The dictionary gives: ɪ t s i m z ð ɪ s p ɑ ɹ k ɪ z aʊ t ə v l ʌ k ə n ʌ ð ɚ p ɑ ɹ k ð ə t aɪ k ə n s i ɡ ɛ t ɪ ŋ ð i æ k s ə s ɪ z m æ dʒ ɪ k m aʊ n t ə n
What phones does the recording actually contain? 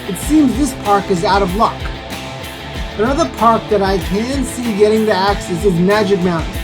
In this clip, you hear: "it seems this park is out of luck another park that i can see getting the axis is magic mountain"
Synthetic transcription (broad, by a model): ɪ t s i m z ð ɪ s p ɑ ɹ k ɪ z aʊ t ə v l ʌ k ə n ʌ ð ɚ p ɑ ɹ k ð ə t aɪ k ə n s i ɡ ɛ t ɪ ŋ ð i æ k s ə s ɪ z m æ dʒ ɪ k m aʊ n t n